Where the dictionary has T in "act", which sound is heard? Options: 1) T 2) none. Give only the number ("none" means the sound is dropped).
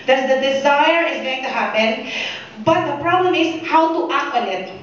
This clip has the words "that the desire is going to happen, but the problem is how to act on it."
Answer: 2